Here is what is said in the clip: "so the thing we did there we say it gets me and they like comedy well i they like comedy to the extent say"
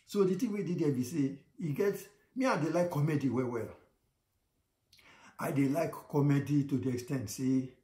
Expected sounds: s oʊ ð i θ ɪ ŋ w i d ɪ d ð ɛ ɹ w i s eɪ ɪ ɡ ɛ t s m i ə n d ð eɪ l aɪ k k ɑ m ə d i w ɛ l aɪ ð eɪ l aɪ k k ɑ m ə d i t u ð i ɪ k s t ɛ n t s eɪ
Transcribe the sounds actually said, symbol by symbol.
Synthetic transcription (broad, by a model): s oʊ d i t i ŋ w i d ɪ d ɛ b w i s eɪ ɪ ɡ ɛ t m i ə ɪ d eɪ l aɪ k k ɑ m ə d i w ɛ l aɪ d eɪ l aɪ k k ɑ m ə d i t u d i ɪ k s t ɛ n t s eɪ